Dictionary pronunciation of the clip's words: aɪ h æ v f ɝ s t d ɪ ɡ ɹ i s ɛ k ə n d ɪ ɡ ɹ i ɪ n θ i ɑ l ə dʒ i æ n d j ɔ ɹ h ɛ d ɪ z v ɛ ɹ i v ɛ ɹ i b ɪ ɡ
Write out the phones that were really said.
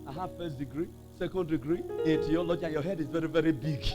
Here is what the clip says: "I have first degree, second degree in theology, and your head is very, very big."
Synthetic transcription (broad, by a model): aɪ h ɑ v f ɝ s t d ɪ ɡ ɹ i s ɛ k ə n d ɪ ɡ ɹ i ɪ n t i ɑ l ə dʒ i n j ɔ h ɛ d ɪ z v ɛ ɹ i v ɛ ɹ i b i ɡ